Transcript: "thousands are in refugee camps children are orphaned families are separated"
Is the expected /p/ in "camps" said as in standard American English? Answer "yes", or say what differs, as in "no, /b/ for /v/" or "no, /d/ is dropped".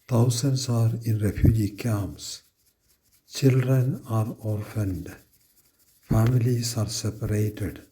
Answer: no, /p/ is dropped